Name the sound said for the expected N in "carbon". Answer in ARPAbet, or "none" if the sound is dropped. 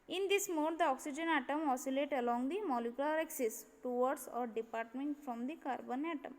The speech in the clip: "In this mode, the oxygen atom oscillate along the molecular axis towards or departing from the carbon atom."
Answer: N